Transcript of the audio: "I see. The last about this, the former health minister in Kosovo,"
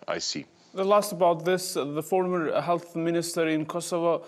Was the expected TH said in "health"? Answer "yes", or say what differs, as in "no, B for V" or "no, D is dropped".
yes